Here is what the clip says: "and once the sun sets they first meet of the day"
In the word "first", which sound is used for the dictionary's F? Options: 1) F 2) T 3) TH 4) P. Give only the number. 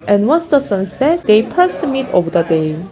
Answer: 4